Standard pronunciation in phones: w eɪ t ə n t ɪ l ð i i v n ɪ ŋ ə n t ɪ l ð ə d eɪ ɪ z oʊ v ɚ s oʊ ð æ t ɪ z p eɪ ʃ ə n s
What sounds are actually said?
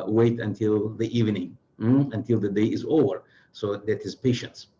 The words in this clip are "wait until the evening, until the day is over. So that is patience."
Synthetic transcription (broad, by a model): w eɪ t ə n t ɪ l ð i i v n ɪ ŋ ə n t ɪ l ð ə d eɪ ɪ z oʊ v ɚ s oʊ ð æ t ɪ z p eɪ ʃ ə n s